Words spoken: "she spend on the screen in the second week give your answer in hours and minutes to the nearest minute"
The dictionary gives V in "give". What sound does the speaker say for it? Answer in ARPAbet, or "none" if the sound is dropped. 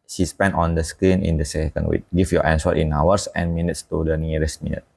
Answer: F